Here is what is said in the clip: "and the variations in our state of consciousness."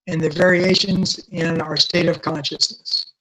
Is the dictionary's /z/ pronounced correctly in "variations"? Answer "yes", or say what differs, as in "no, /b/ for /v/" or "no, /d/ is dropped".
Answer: yes